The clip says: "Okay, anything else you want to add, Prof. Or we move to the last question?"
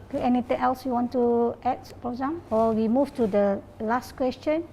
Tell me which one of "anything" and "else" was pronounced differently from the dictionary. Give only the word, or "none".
anything